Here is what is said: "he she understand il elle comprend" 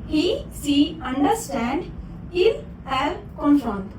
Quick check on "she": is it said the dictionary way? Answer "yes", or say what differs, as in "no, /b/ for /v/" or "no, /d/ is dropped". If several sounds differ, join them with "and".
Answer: no, /s/ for /ʃ/